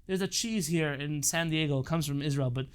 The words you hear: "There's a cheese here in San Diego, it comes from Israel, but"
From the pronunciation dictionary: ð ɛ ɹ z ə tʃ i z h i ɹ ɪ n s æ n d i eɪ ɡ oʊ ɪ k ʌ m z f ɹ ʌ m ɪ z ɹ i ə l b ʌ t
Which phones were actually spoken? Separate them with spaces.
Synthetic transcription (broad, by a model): ð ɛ ɹ z ə tʃ i z h i ɹ ɪ n s æ n d i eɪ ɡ oʊ ɪ k ʌ m z f ɹ ʌ m ɪ z ɹ i ə l b ʌ t